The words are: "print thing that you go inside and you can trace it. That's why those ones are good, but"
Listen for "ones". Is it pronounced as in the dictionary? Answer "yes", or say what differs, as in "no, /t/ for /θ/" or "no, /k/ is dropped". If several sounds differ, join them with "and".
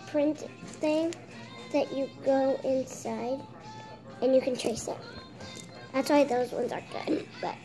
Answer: yes